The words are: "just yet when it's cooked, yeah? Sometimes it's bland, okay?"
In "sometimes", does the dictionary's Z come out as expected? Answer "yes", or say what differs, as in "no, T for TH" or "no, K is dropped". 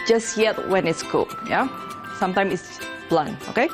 no, Z is dropped